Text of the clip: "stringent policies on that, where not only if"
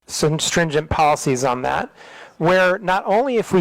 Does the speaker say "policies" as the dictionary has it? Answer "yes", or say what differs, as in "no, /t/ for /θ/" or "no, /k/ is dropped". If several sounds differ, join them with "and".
yes